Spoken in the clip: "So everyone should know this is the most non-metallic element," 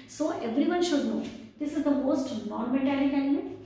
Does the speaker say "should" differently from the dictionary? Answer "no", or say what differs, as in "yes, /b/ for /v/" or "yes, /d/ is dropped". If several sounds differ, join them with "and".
no